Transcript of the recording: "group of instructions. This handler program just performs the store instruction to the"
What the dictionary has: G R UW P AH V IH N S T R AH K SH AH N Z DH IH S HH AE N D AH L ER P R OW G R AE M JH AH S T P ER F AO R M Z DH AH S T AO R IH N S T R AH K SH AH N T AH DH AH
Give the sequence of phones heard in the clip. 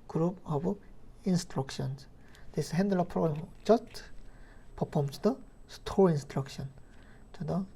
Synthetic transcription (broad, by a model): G R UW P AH B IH N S T R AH K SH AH N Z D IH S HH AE N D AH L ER P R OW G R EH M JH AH S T P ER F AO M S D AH S T AO R IH N S T R AH K SH AH N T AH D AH